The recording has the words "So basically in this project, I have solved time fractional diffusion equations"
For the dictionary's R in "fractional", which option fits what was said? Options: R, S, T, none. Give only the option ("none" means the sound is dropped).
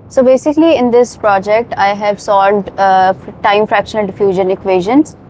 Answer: R